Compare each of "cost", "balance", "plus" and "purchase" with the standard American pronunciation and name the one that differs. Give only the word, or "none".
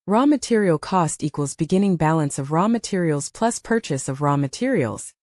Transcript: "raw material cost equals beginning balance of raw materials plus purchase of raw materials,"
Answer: none